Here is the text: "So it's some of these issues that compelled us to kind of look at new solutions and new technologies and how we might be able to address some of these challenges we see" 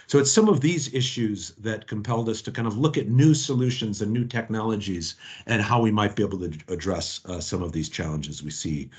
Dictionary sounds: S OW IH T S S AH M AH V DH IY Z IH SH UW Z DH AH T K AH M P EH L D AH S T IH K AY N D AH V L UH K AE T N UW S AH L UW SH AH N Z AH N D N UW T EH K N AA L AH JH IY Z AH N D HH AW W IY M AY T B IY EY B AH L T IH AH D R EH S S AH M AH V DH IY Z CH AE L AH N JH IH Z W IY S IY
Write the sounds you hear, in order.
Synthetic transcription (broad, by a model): S OW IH T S S AH M AH V DH IY Z IH SH UW Z DH AH T K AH M P EH L D AH S T IH K AY N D AH V L UH K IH T N UW S AH L UW SH AH N Z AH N N UW T EH K N AA L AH JH IY Z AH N HH AW W IY M AY T B IY EY B L T IH AH D R EH S S AH M AH V DH IY Z CH AE L AH N JH IH Z W IY S IY